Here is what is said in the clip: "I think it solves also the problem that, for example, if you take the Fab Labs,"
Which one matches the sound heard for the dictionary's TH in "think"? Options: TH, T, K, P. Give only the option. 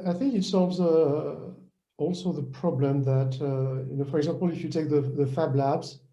TH